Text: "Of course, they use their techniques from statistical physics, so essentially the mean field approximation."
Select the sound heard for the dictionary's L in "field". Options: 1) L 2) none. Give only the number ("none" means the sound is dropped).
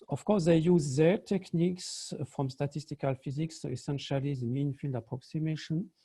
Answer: 1